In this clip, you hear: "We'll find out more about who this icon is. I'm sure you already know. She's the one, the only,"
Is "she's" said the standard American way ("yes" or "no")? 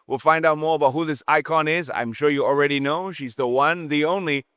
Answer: yes